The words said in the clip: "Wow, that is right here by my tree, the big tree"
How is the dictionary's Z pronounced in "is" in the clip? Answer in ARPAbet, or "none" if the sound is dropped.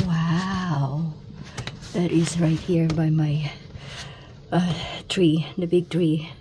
Z